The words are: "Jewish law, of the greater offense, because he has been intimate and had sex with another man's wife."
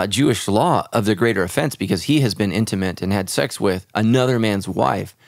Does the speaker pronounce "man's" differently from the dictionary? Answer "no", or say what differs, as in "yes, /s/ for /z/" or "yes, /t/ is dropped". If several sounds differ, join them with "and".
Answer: no